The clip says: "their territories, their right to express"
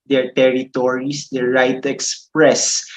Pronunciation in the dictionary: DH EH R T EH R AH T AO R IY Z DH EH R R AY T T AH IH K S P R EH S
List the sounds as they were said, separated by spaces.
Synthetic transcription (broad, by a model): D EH R T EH R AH T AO R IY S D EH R R AY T T AH K S P R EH S